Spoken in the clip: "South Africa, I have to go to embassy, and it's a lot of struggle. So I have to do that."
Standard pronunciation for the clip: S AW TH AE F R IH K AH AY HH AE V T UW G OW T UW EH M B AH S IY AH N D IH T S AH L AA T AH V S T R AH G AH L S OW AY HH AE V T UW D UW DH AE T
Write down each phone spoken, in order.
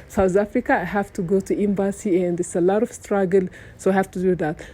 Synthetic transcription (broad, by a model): S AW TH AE F R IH K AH AY HH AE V T UW G OW T UW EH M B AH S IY AH N D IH S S AH L AA T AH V S T R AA G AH L S OW AY HH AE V T UW D UW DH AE T